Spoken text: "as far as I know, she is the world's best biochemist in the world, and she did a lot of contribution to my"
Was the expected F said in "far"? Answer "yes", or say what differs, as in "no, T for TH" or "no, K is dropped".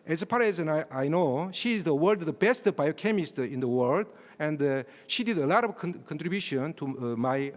no, P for F